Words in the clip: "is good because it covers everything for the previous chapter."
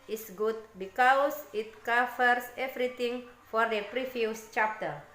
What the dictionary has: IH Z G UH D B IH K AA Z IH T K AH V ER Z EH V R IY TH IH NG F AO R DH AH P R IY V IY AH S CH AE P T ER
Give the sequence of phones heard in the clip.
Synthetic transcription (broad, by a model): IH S G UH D B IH K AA S IH T K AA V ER S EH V R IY T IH NG F AO R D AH P R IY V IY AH S CH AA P T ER